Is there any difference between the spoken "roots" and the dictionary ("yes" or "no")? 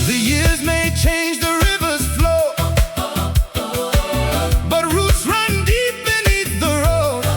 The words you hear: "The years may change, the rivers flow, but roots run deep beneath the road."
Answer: no